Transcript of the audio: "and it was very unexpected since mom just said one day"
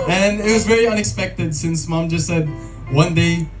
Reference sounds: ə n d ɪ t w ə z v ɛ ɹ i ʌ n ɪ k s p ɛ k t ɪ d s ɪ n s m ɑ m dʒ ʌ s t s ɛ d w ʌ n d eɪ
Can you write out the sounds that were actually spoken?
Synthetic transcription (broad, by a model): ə n ɪ t w ə z v ɛ ɹ i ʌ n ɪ k s p ɛ k t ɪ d s ɪ n s m ɑ m dʒ ʌ s t s ɛ d w ʌ n d eɪ